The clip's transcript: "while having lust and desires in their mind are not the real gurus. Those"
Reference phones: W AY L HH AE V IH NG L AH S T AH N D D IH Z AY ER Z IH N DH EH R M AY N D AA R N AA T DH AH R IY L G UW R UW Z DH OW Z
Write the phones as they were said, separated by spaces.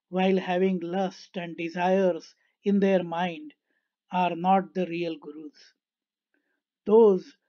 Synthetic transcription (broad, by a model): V AY L HH AE V IH NG L AH S T AH N D D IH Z AY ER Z IH N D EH R M AY N D AA R N AA T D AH R IY L G R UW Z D OW Z